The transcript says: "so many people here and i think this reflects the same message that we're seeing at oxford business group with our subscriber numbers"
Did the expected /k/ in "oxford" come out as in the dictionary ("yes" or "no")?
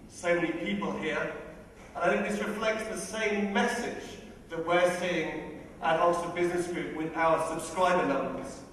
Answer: no